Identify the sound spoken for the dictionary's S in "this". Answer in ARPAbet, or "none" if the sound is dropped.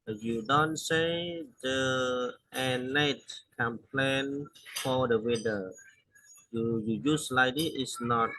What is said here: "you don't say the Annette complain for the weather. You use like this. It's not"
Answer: none